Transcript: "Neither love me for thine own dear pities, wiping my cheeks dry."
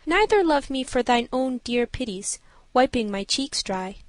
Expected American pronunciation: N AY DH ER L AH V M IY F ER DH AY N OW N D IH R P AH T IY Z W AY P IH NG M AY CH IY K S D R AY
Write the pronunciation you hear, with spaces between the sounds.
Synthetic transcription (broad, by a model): N AY DH ER L AH V M IY F ER DH AY N OW N D IH R P AH T IY Z W AY P IH NG M AY CH IY K S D R AY